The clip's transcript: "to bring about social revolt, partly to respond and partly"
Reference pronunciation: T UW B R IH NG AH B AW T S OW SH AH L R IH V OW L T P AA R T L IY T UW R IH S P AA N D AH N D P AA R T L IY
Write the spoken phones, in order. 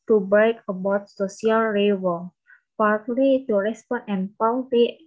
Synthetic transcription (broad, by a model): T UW B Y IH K AH B AW T S OW S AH L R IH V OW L P AA R T L IY T UW R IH S P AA N AH N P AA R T L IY